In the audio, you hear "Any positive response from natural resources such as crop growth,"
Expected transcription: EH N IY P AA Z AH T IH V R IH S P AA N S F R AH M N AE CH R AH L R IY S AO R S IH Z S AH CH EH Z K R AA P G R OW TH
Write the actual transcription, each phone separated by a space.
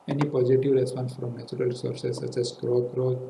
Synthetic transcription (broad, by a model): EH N IY P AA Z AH T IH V R IH S P AA N S F R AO M N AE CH R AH L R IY S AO R S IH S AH S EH S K R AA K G R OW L